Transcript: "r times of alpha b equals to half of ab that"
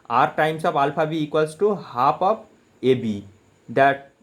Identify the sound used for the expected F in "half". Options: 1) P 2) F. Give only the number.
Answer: 1